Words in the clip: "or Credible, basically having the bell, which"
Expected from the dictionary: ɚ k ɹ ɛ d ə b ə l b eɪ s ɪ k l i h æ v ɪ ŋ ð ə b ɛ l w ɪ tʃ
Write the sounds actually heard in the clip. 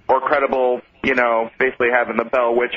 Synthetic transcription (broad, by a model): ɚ k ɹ ɛ d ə b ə n b eɪ s ɪ k l i h æ v ɪ ŋ ð ə b ɛ l w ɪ tʃ